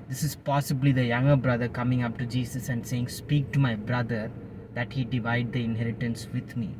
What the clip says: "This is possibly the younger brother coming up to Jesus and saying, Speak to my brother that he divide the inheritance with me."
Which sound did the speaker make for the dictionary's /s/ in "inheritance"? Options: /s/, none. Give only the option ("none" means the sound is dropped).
/s/